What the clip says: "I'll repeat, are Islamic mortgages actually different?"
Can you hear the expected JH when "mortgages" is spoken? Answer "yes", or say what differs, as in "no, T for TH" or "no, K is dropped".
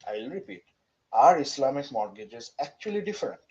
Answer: yes